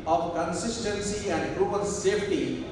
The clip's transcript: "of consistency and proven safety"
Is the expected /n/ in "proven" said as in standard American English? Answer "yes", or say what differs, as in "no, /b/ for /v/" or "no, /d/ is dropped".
no, /l/ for /n/